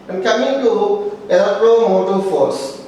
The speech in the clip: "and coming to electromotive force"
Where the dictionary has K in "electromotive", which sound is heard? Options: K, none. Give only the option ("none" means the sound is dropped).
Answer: none